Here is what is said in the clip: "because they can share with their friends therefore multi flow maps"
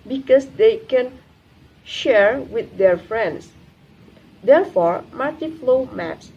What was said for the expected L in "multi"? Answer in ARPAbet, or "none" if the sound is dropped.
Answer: none